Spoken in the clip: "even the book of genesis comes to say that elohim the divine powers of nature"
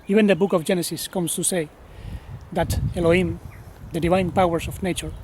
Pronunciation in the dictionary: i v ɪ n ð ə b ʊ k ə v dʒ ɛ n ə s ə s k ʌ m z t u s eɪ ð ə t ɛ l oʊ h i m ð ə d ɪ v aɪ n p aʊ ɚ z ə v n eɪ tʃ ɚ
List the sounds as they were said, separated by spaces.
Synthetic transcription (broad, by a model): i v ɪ n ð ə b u k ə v dʒ ɛ n ə s ə s k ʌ m s t u s eɪ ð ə t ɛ l oʊ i m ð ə d ɪ v aɪ n p aʊ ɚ s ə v n eɪ tʃ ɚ